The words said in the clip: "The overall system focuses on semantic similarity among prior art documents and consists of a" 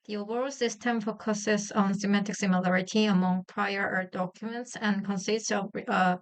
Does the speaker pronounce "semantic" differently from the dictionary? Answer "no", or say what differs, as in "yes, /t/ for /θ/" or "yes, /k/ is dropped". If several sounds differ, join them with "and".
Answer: yes, /n/ is dropped